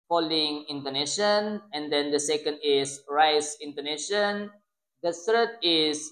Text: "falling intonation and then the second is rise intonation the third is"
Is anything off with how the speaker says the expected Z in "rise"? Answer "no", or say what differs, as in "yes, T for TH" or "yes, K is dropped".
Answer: yes, S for Z